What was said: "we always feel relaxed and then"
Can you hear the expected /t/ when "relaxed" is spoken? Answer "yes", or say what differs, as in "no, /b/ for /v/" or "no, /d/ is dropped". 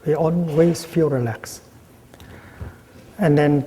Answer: no, /t/ is dropped